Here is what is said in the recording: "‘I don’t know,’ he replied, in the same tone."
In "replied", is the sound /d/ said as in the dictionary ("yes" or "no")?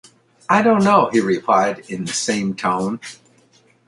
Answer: yes